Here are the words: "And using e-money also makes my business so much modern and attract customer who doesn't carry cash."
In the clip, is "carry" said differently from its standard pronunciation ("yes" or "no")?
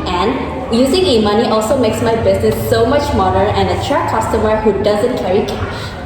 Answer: no